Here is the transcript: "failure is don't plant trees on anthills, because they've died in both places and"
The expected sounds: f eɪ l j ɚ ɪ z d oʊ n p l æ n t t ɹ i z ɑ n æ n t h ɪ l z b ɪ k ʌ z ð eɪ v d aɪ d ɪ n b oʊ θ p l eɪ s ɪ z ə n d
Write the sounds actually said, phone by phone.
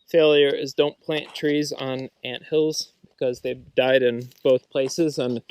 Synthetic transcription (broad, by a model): f eɪ l j ɚ ɪ z d oʊ n p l æ n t t ɹ i z n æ n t h ɪ l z b ɪ k ʌ z ð eɪ v d aɪ d ɪ n b oʊ θ p l eɪ s ɪ z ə n